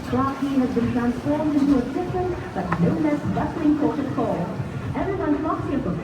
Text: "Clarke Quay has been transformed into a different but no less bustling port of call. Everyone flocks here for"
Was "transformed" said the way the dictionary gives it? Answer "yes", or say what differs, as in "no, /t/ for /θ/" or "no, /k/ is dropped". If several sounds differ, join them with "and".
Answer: yes